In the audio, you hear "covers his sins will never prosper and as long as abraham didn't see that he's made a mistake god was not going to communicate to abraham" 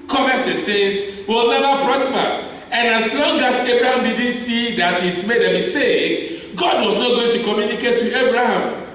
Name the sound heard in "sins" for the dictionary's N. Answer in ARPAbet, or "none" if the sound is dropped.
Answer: none